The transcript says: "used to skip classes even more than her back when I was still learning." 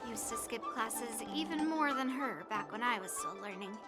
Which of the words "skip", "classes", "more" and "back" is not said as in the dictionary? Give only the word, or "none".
none